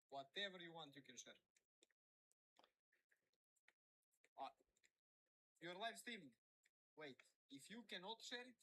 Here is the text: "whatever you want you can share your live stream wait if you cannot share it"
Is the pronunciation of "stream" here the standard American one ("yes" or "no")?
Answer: no